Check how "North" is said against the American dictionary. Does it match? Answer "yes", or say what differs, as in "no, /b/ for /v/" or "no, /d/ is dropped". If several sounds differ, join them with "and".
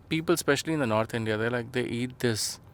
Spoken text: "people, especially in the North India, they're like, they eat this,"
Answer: no, /t/ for /θ/